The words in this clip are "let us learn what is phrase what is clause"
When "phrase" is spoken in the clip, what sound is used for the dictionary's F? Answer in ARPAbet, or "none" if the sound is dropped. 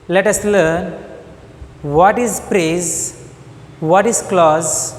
P